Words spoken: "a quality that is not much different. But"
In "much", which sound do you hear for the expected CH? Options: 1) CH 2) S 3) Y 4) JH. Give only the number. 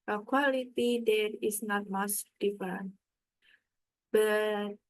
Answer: 2